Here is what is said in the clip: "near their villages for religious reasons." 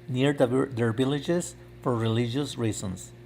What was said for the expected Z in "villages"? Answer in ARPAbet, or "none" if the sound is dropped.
S